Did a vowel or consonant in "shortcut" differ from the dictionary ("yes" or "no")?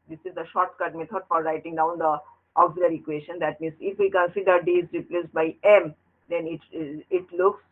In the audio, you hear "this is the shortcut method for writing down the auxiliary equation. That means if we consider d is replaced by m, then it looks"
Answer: no